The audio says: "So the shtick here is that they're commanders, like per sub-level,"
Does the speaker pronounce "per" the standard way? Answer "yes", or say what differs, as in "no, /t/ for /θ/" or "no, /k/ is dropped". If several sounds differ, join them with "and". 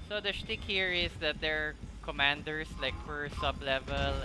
no, /f/ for /p/